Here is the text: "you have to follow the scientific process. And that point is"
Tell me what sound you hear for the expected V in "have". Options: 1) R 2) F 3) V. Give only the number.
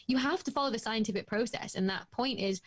2